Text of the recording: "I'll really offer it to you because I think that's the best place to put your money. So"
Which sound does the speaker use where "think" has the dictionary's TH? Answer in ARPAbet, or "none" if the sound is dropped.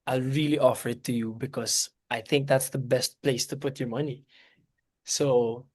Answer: TH